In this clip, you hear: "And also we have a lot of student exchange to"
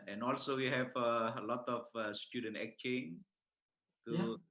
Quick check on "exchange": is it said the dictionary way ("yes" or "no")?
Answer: no